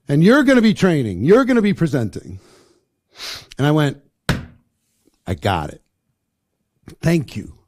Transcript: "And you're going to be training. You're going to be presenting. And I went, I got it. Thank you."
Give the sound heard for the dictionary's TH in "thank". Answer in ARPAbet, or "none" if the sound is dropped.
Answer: TH